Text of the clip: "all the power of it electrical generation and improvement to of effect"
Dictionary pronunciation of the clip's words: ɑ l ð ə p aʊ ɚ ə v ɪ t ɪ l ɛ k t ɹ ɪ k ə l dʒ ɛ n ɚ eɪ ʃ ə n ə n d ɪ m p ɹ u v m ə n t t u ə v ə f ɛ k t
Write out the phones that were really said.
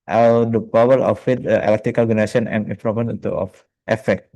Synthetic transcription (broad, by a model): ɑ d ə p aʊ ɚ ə f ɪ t ɪ l ɛ k t ɹ ɪ k ə l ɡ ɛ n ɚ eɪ s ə n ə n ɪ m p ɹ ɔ m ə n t t u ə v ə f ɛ k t